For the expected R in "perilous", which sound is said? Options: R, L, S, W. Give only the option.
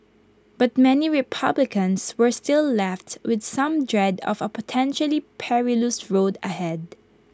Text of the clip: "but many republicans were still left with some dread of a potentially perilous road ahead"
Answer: R